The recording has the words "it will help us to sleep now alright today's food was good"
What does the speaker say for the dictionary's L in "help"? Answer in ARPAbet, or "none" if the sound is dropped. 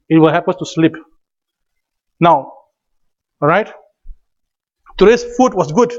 none